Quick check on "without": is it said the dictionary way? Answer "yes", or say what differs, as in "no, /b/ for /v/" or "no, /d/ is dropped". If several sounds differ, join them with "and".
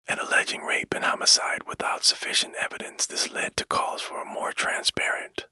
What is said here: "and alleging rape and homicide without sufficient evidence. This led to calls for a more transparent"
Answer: yes